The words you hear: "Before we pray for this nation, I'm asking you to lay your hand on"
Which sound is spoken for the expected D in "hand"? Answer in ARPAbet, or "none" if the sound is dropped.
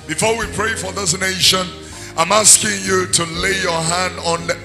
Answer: D